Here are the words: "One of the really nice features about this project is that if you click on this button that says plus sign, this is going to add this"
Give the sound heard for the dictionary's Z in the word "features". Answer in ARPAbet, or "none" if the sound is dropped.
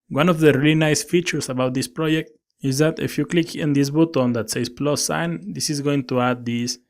S